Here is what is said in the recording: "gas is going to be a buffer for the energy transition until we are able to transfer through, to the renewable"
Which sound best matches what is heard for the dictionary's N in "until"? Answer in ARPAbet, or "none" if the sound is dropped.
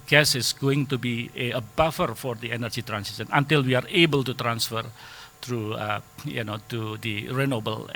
N